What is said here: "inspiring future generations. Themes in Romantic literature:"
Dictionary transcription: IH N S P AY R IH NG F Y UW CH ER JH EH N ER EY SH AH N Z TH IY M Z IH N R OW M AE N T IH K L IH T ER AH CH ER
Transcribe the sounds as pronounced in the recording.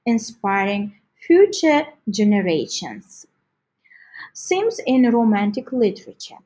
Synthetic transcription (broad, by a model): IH N S P AY R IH NG F Y UW CH ER JH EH N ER EY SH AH N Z S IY M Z IH N R OW M AE N T IH K L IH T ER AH CH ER